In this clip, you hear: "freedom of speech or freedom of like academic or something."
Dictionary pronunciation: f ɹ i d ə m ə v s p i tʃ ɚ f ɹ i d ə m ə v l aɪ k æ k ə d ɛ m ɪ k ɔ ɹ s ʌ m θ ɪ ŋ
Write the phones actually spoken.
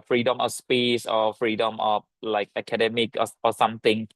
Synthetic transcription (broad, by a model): f ɹ i d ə m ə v s p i s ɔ f ɹ i d ə m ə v l aɪ k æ k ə d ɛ m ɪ k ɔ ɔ s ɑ m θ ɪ ŋ